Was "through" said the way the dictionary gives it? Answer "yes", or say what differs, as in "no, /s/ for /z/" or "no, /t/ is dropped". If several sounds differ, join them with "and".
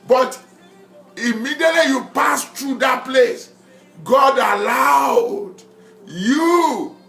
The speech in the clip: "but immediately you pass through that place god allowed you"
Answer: no, /t/ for /θ/